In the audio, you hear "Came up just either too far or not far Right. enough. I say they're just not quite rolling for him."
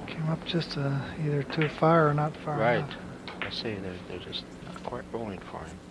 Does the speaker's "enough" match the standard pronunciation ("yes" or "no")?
no